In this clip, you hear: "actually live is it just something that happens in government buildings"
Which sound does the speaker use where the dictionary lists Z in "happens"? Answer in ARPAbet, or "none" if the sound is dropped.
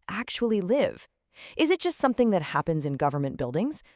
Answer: Z